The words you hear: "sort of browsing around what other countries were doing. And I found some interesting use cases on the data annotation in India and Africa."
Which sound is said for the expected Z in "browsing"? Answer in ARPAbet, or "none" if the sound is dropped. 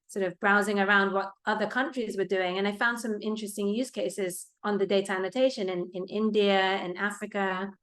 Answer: Z